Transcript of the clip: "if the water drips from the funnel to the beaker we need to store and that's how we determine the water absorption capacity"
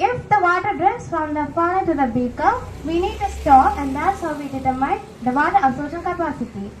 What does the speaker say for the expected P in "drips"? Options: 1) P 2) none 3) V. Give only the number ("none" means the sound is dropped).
2